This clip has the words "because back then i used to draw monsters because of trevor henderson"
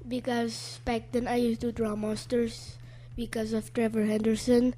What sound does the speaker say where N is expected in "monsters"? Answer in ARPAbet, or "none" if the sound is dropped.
none